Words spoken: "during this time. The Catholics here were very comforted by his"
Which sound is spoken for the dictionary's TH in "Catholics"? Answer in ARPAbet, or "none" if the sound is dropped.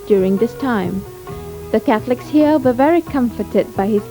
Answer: TH